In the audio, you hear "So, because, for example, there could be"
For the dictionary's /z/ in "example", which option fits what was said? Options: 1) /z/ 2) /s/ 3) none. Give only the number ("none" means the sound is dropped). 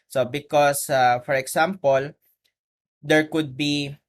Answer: 2